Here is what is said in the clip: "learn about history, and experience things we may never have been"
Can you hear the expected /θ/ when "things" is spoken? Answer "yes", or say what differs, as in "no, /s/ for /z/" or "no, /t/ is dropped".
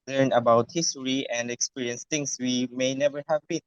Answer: no, /t/ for /θ/